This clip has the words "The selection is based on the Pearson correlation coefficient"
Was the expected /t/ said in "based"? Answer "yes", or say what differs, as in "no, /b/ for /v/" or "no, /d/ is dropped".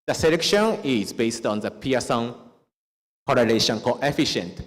yes